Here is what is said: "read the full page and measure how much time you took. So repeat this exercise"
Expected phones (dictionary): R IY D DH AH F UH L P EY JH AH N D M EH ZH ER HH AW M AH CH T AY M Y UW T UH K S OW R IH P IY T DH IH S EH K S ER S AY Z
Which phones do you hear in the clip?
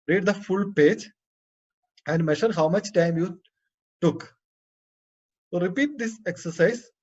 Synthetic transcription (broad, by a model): R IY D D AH F UH L P EY JH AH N D M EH SH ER HH AW M AH CH T AY M Y UW T UH K R IH P IY T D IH S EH K S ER S AY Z